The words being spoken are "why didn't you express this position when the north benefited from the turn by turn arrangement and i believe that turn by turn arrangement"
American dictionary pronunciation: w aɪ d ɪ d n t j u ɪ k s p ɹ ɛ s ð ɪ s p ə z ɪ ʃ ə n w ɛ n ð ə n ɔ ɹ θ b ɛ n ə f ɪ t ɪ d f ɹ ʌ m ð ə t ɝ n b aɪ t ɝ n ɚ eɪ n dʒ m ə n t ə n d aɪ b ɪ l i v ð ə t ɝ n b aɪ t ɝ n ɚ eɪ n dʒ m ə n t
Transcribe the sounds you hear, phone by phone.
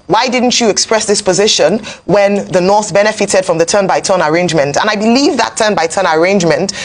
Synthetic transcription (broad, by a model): w aɪ d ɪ d n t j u ɪ k s p ɹ ɛ s ð ɪ s p ə z ɪ ʃ ə n w ɛ n ð ə n ɔ ɹ θ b ɛ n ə f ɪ t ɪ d f ɹ ʌ m ð ə t ɝ n b aɪ t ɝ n ɚ eɪ n dʒ m ə n t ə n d aɪ b ɪ l i v ð ə t ɝ n b aɪ t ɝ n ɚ eɪ n dʒ m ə n t